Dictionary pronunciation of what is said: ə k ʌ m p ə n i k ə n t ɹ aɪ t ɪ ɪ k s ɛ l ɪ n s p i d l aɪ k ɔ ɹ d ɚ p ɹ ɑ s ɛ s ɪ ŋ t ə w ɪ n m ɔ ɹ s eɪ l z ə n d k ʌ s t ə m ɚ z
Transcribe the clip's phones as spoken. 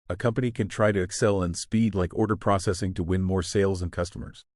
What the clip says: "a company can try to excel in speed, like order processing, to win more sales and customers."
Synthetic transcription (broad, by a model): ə k ʌ m p ə n i k ə n t ɹ aɪ t ɪ ɪ k s ɛ l ɪ n s p i d l aɪ k ɔ ɹ d ɚ p ɹ ɑ s ɛ s ɪ ŋ t ə w ɪ n m ɔ ɹ s eɪ l z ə n k ʌ s t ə m ɚ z